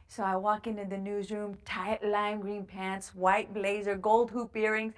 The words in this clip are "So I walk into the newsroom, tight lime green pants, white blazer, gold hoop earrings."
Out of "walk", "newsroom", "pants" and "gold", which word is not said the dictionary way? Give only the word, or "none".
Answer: none